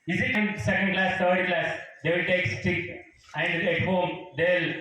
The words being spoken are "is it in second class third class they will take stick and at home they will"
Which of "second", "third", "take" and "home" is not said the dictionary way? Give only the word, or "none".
third